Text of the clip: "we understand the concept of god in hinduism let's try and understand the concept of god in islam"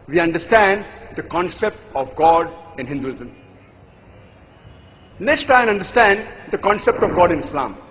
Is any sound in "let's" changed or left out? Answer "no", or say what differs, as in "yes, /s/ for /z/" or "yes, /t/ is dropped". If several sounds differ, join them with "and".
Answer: yes, /n/ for /l/